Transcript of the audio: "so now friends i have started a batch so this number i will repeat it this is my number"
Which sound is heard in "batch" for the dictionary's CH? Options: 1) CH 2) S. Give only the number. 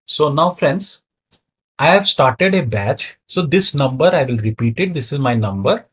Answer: 1